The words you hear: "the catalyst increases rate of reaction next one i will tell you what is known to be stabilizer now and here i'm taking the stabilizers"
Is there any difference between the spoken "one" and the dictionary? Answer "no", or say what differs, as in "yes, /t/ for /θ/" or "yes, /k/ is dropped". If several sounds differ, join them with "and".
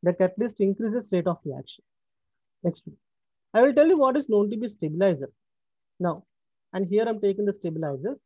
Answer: yes, /n/ is dropped